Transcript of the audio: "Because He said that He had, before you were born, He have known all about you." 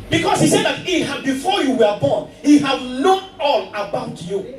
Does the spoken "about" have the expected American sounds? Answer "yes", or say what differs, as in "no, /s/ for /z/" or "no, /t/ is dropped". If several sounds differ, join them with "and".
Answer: yes